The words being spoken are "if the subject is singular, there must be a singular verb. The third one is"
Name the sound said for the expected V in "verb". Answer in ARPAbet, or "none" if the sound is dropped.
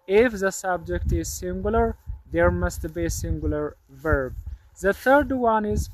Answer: V